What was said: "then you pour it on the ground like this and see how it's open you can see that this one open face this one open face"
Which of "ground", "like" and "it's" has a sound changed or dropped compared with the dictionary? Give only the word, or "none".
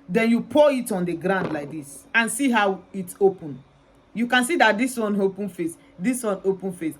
none